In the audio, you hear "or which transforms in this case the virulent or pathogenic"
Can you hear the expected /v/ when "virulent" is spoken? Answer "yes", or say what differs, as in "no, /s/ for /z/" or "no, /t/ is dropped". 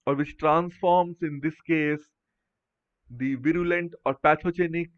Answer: yes